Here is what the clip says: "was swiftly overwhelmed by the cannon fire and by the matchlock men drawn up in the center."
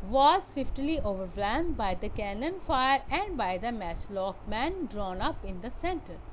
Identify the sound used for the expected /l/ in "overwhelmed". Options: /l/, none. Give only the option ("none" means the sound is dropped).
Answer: none